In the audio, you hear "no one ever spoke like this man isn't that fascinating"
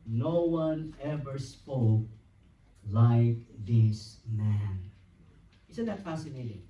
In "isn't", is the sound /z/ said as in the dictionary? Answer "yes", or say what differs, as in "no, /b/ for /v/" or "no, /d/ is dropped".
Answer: no, /s/ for /z/